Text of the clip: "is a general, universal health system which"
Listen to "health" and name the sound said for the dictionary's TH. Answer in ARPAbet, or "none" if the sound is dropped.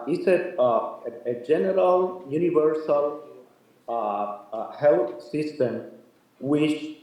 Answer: T